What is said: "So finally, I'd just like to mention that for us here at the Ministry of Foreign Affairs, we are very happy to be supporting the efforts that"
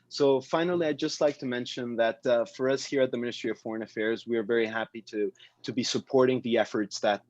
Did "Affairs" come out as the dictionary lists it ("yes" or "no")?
yes